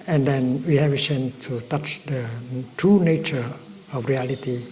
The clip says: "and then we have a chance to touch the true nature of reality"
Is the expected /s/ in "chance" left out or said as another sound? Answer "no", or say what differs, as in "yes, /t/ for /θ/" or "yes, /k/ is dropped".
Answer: yes, /s/ is dropped